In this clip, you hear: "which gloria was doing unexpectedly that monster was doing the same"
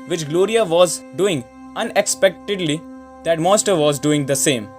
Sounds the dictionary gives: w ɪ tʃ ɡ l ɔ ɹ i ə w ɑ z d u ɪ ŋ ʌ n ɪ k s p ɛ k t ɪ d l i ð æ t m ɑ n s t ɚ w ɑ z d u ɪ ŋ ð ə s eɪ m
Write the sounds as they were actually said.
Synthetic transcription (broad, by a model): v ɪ tʃ ɡ l ɔ ɹ i ə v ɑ z d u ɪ ŋ ʌ n ɪ k s p ɛ k t ɪ d l i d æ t m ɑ s t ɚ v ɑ z d u ɪ ŋ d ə s eɪ m